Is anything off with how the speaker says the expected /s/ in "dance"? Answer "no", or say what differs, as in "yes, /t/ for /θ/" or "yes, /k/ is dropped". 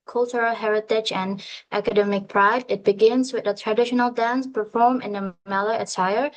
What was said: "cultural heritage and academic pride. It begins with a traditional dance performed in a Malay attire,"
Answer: no